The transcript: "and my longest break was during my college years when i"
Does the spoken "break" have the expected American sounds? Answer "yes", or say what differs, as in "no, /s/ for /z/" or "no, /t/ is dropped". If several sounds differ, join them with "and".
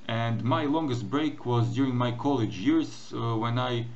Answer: yes